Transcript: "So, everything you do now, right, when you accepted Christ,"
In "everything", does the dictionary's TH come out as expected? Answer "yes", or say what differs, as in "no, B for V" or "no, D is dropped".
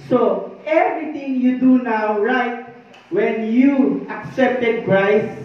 no, T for TH